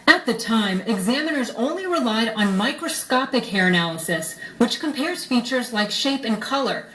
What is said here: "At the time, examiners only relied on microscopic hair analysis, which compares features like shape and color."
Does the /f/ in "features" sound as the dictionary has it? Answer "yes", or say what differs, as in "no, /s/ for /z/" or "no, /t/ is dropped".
yes